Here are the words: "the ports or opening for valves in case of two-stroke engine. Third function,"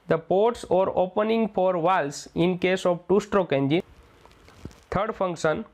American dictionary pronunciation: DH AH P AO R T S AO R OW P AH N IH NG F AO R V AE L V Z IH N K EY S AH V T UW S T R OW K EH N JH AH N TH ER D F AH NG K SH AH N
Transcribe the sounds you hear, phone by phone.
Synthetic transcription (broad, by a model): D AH P AO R T S AO R OW P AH N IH NG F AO R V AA L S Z IH N K EY S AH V T UW S T R OW K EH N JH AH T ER D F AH NG K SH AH N